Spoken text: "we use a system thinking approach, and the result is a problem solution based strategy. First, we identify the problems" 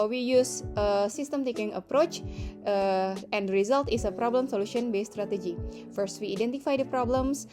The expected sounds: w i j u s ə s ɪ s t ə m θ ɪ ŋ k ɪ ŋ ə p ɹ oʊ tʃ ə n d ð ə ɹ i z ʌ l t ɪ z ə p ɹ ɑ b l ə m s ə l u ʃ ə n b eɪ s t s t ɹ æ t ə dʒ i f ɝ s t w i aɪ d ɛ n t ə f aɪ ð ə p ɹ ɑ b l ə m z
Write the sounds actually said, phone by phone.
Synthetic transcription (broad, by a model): w i j u s ə s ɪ s t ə m t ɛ k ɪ ŋ ə p ɹ oʊ tʃ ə n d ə ɹ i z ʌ l t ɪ s ə p ɹ ɑ b l ə m s ə l u ʃ ə n b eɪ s s t ɹ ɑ t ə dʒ i f ɝ s t w i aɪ d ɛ n t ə f aɪ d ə p ɹ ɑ b l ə m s